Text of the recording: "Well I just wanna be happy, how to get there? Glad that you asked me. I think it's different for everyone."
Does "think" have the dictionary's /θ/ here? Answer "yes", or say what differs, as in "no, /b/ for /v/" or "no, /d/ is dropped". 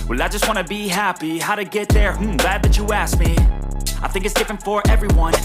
yes